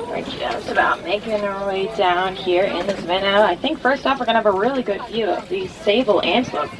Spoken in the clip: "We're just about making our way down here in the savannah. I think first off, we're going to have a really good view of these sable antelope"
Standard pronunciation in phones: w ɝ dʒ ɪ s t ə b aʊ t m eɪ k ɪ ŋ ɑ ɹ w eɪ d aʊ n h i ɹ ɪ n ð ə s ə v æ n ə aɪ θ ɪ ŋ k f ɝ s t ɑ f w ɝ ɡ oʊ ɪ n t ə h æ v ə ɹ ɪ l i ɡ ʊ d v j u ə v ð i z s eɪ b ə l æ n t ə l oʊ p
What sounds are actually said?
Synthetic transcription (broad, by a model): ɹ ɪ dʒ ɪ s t ə b aʊ t m eɪ k ɪ ŋ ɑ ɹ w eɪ d aʊ n h i ɹ ɪ n ð ə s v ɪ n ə aɪ θ ɪ ŋ k f ɝ s t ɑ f w ɝ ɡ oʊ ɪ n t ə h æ v ə ɹ ɪ l i ɡ ʊ d v j u ə v ð i z s eɪ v l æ n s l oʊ